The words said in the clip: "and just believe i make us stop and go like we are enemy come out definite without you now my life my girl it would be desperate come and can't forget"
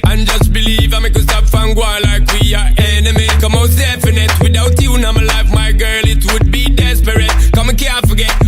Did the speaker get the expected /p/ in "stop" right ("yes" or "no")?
no